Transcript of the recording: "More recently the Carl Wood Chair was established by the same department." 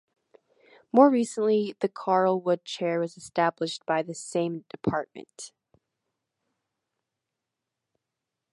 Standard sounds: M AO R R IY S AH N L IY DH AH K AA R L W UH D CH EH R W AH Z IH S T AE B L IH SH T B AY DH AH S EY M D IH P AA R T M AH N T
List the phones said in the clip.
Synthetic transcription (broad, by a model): M AO R R IY S AH N L IY DH AH K AA R L W UH D CH EH R W AH Z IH S T AE B L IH SH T B AY DH AH S EY M D IH P AA R T M AH N T